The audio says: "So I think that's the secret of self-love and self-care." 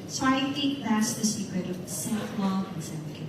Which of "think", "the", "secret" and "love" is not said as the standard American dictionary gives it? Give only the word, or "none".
love